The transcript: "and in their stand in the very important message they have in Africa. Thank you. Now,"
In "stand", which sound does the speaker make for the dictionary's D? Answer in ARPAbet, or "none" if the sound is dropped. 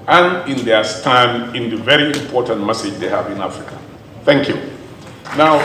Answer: none